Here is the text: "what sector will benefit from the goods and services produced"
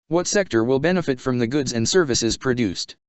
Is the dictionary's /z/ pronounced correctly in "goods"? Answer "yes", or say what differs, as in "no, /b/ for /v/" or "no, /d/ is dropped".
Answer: yes